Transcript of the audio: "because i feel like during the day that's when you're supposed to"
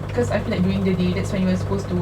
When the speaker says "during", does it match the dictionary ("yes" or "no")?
no